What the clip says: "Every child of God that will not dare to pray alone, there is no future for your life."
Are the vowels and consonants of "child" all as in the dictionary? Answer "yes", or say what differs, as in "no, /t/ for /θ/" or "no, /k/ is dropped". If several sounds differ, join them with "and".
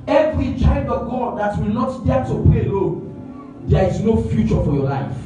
no, /l/ is dropped